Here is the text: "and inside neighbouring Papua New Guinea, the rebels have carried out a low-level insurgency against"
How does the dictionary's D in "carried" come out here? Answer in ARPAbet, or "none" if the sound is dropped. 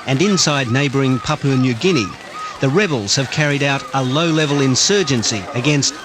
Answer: D